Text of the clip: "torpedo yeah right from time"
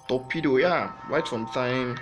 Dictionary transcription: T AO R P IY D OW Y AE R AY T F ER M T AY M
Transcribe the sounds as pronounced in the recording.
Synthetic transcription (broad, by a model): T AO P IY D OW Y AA W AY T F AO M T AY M